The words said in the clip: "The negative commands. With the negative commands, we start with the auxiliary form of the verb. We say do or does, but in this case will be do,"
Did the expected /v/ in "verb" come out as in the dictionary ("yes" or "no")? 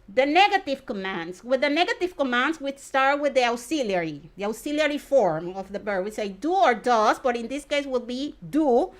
no